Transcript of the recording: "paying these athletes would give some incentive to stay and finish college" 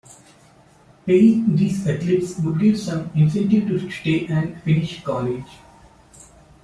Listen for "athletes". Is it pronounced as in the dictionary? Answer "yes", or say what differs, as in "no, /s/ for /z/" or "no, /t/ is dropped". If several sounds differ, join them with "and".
no, /t/ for /θ/